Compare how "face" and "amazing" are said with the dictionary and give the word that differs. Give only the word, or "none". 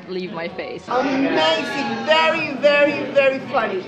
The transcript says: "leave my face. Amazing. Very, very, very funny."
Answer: amazing